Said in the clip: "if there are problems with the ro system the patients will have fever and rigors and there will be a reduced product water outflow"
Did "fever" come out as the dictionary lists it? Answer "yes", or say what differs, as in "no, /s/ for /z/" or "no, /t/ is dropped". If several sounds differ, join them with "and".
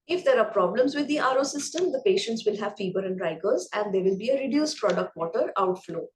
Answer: no, /b/ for /v/